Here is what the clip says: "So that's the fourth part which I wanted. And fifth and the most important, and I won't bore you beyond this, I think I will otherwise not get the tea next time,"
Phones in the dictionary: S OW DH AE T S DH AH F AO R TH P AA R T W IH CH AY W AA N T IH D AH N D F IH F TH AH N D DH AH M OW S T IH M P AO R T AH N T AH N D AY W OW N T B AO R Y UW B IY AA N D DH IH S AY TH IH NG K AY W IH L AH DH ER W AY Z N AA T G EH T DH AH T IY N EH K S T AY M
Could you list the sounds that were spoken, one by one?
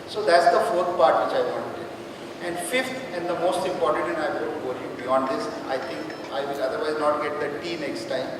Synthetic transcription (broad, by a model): S OW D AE T S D AH F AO R T P AA R T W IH CH AY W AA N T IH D AH N D F IH F T AH N D AH M OW S T IH M P AO R T AH N T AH N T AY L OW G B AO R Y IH B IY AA N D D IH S AY T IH NG K AY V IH L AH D ER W AY Z N AA T G EH T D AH T IY N EH K S T AY M